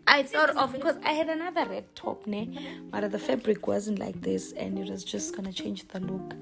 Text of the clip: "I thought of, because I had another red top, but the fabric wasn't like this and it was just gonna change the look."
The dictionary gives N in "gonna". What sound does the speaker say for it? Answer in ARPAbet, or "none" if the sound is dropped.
N